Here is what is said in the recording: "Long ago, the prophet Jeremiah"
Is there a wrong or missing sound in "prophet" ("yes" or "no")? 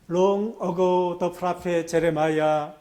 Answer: yes